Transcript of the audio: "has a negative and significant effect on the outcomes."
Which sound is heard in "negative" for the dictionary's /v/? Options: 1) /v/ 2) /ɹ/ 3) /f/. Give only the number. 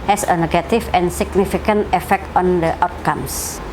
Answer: 3